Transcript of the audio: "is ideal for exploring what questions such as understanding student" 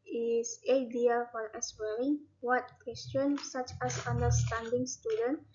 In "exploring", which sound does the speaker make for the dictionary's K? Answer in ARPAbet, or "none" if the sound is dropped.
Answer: none